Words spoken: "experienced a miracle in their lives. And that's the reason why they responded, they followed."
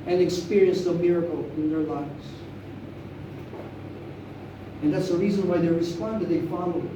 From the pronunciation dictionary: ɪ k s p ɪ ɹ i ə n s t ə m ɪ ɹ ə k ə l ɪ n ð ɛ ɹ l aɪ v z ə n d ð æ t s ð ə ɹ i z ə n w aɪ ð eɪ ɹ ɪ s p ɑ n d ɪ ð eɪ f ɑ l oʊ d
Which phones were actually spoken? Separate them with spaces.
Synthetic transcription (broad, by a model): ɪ k s p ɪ ɹ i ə n s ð ə m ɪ ɹ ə k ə l ɪ n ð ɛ ɹ l aɪ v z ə n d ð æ t s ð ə ɹ i z ə n w aɪ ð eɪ ɹ ɪ s p ɑ n d ɪ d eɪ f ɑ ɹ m